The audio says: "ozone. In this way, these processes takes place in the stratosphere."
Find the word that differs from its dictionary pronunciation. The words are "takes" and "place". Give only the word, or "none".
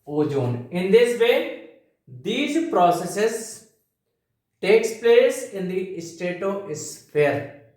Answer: none